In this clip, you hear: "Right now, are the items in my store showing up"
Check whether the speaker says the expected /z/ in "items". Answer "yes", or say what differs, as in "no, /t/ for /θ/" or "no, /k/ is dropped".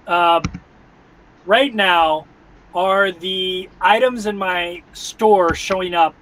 yes